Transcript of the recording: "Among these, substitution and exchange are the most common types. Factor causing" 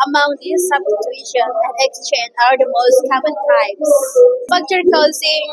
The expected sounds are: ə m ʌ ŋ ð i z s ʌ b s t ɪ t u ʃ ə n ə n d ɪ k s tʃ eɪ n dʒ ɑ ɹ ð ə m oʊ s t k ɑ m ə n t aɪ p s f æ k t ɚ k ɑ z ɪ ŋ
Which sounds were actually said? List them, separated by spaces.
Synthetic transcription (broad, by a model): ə m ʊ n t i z s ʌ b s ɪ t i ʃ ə n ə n ɪ k s tʃ eɪ n dʒ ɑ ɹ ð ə m oʊ s t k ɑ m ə n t aɪ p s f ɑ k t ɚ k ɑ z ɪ